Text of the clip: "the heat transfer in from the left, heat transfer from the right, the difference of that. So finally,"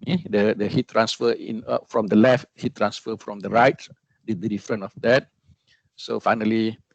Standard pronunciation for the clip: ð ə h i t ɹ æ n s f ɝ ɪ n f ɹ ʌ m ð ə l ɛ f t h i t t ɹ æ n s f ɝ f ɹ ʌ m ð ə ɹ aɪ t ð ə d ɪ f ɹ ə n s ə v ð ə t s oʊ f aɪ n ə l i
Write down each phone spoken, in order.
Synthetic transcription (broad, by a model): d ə h i t ɹ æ n s f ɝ ɪ n f ɹ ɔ m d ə l ɛ f t h i t t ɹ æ n s f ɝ f ɹ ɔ m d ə ɹ aɪ t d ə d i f ɹ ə n ə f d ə t s oʊ f aɪ n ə l i